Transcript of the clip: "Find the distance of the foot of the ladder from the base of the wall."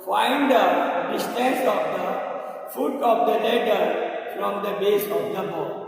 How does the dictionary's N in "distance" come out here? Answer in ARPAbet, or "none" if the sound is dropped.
none